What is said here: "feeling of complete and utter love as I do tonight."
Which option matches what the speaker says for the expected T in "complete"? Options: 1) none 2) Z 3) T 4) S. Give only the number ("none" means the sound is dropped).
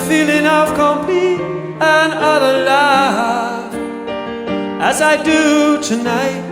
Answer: 1